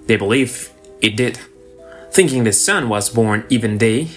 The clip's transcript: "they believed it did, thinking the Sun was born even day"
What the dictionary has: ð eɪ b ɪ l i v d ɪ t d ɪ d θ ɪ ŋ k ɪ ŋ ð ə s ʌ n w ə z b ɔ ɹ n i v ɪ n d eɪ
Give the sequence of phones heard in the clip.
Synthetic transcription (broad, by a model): ð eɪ b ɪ l i v ɪ t d ɪ d θ ɪ ŋ k ɪ ŋ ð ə s ʌ n w ə z b ɔ ɹ n i v ɪ n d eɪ